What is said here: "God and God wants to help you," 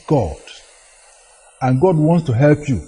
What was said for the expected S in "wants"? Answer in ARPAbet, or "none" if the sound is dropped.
S